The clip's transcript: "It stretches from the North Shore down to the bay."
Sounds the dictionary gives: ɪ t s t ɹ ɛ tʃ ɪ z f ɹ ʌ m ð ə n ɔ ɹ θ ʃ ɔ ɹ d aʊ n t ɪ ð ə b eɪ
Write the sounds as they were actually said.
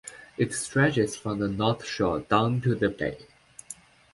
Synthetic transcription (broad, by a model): ɪ t s t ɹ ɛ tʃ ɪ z f ɹ ʌ m ð ə n ɔ ɹ θ ʃ ɔ ɹ d aʊ n t ɪ ð ə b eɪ